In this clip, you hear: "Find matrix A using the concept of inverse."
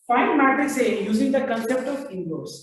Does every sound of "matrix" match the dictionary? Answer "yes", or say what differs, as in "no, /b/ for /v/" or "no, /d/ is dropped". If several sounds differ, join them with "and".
no, /ɹ/ is dropped